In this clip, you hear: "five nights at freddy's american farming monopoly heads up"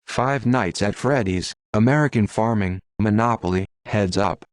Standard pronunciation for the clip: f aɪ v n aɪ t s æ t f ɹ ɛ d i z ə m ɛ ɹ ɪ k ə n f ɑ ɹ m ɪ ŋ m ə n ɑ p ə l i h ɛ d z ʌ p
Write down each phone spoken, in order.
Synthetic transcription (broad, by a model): f aɪ v n aɪ t s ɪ t f ɹ ɛ d i z ə m ɛ ɹ ɪ k ə n f ɑ ɹ m ɪ ŋ m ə n ɑ p l i h ɛ d z ʌ p